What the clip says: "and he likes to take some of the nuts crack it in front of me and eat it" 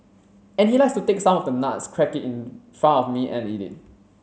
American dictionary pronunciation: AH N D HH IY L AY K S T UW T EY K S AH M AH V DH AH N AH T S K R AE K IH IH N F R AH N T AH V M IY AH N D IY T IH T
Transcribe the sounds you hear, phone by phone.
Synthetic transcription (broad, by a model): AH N HH IY L AY K S T UW T EY K S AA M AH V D AH N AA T S K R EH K IH IH N F R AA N AH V M IY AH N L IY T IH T